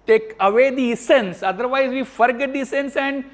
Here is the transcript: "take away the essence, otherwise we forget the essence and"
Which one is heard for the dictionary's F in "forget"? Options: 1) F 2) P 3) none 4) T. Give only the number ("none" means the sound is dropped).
1